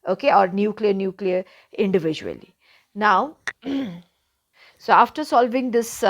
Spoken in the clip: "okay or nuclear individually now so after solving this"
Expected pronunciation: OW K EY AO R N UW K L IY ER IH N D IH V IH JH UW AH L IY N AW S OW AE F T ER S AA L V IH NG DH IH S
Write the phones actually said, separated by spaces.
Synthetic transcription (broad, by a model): OW K EY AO R N UW K L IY ER IH N D IH V IH JH UW AH L IY N AW S OW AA F T ER S AA L V IH NG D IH S